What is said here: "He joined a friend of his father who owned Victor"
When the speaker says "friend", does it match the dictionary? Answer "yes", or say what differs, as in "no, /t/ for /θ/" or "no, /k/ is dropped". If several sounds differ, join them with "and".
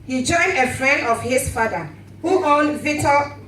yes